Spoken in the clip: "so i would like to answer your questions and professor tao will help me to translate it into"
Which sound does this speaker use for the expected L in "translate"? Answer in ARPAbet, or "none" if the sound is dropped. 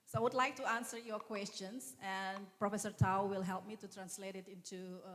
L